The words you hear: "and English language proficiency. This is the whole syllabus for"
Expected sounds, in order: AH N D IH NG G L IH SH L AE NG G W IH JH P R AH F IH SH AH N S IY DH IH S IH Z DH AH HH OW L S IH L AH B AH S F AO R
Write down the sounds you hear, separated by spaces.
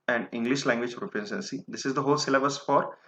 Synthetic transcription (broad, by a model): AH N IH NG G L IH SH L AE NG G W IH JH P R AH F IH S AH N S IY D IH S IH Z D AH HH OW L S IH L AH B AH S F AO R